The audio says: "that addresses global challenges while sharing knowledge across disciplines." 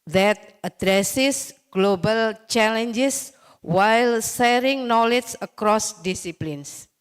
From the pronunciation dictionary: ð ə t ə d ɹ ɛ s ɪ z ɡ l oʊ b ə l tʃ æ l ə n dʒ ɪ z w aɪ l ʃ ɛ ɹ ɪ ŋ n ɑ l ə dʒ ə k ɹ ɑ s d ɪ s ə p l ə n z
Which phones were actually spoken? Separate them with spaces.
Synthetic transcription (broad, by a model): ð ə t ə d ɹ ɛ s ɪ s ɡ l oʊ b ə l tʃ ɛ l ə n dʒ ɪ s w aɪ l s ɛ ɹ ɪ ŋ n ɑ l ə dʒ ə k ɹ ɑ s d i s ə p l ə n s